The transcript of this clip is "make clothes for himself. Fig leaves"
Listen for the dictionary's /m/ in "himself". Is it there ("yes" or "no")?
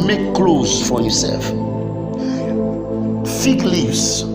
no